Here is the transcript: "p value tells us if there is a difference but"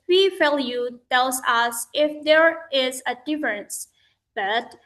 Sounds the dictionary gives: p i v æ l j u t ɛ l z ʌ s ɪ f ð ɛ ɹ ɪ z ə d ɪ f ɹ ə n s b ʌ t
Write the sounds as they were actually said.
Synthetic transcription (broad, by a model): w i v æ l j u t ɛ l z ʌ s ɪ f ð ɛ ɹ ɪ z ə d ɪ f ɹ ə n s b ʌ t